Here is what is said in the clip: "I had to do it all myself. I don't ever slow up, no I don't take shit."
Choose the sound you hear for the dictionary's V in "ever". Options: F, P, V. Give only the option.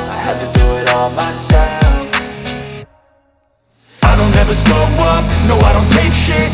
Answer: V